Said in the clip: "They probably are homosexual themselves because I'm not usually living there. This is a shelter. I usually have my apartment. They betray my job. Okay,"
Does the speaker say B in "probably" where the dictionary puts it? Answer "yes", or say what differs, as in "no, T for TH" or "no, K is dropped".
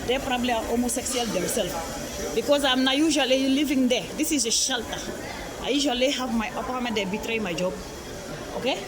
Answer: yes